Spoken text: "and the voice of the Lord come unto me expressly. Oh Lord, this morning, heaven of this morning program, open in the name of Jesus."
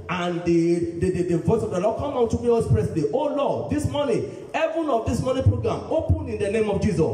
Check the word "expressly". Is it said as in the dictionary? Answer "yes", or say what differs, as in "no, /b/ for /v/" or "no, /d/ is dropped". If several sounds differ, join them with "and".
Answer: no, /k/ is dropped